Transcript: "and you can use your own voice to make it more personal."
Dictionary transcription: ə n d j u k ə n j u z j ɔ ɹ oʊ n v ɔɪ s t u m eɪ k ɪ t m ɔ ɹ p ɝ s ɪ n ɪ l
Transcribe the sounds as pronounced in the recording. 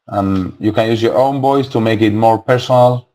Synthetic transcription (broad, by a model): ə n j u k ə n j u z j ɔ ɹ oʊ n b ɔɪ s t u m eɪ k ɪ t m ɔ ɹ p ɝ s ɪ n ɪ l